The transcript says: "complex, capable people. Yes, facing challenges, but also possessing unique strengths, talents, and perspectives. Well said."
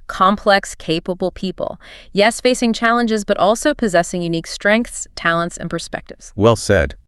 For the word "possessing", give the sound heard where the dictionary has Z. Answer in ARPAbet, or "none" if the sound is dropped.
Z